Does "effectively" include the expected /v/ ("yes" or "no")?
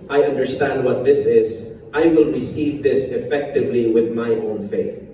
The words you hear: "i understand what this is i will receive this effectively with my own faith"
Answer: yes